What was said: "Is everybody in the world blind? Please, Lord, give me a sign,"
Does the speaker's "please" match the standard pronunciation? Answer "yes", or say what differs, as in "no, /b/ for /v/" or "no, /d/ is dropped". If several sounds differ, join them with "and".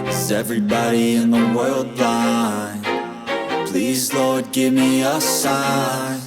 yes